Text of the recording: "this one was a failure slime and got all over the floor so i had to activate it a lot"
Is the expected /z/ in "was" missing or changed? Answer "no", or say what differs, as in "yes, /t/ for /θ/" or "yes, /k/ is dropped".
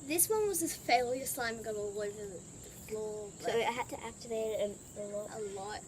no